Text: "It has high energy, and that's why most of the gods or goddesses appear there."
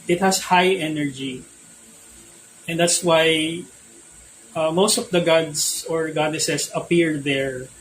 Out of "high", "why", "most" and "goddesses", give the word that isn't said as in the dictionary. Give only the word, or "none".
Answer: goddesses